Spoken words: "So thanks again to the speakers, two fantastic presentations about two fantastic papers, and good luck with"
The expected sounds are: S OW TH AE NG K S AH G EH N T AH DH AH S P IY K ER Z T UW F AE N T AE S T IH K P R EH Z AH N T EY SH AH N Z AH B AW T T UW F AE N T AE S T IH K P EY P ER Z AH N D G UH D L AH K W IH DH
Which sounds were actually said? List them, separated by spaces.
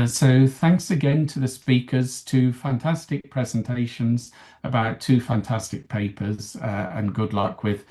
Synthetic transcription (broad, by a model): S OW TH AE NG K S AH G EH N T AH DH AH S P IY K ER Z T UW F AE N T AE S T IH K P R EH Z AH N T EY SH AH N Z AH B AW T T UW F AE N T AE S T IH K P EY P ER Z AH N G UH D L AH K W IH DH